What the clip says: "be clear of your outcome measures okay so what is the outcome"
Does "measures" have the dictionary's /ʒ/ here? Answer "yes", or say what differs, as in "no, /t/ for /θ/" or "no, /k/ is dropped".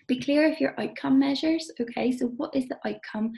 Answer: yes